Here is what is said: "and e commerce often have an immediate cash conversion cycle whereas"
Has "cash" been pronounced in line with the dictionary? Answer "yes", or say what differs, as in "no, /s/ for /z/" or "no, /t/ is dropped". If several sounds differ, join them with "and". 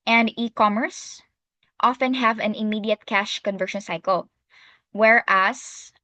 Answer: yes